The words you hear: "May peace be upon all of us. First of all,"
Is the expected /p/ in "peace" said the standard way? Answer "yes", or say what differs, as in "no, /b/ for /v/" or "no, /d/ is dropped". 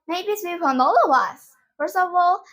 no, /b/ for /p/